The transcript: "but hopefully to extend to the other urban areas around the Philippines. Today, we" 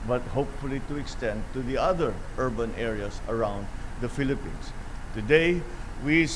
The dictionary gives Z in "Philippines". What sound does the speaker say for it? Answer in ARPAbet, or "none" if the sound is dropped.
S